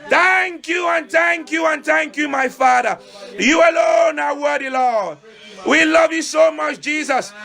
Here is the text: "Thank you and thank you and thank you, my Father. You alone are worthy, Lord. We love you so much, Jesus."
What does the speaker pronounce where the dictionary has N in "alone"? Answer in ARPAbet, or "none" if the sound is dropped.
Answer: N